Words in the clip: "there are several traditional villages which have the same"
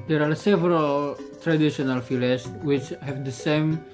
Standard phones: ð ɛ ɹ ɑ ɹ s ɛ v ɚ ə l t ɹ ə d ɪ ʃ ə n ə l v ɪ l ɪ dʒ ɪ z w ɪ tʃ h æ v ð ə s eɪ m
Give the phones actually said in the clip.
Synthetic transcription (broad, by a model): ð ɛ ɹ ɑ ɹ s ɛ v ɚ ə l t ɹ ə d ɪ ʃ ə n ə l f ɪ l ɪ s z w ɪ tʃ h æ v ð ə s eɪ m